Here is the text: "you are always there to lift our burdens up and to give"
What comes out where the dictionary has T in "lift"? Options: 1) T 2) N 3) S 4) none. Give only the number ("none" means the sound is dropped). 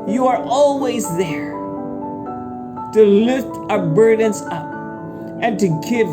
1